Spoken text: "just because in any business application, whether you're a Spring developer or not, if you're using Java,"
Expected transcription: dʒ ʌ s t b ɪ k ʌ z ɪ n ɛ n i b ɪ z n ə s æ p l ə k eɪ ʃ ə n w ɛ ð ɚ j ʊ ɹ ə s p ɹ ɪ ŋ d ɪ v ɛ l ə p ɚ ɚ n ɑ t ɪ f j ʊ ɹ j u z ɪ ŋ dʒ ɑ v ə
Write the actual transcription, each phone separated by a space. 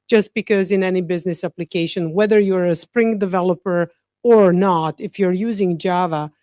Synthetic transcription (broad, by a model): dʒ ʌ s t b ɪ k ʌ z ɪ n ɛ n i b ɪ z n ə s æ p l ə k eɪ ʃ ə n w ɛ ð ɚ j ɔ ɹ ə s p ɹ ɪ ŋ d ɪ v ɛ l ə p ɚ ɚ n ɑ t ɪ f j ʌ ɹ j u z ɪ ŋ dʒ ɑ v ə